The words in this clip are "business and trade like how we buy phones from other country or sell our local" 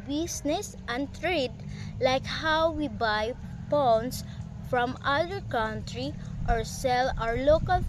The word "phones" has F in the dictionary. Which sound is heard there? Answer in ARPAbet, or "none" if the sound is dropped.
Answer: P